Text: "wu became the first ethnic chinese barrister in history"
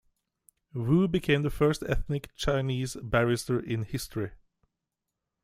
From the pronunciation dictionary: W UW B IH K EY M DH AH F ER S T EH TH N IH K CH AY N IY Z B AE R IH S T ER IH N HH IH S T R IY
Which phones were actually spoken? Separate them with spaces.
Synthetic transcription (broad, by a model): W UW B IH K EY M DH AH F ER S T EH TH N IH K CH AY N IY Z B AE R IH S T ER IH N HH IH S T R IY